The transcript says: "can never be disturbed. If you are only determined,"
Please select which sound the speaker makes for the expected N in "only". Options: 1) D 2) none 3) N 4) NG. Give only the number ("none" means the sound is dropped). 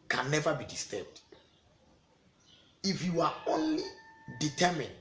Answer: 3